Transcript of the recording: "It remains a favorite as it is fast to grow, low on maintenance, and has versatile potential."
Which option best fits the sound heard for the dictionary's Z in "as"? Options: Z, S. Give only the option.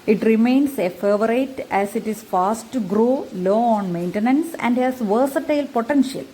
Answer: S